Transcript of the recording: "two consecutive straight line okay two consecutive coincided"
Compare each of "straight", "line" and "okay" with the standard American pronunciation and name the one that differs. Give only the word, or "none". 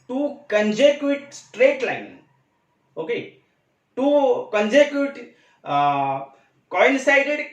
none